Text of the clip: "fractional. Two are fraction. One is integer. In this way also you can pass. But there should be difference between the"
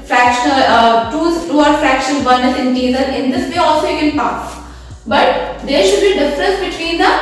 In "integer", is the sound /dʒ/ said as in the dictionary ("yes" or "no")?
no